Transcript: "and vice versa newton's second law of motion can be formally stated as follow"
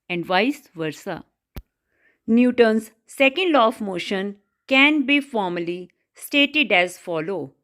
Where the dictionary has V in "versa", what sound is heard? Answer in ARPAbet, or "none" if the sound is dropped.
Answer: V